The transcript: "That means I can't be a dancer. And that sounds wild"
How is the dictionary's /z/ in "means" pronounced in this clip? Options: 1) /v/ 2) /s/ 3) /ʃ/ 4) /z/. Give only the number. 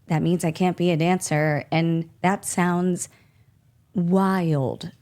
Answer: 4